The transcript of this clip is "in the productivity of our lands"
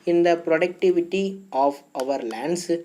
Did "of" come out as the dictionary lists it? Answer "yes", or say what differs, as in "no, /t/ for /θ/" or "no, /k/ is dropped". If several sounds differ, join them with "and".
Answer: yes